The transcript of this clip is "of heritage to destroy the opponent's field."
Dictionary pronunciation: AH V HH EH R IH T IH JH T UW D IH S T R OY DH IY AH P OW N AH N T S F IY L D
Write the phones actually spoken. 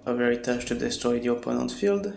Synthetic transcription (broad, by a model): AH V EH R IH T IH CH T UW D IH S T R OY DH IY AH P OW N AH N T F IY L D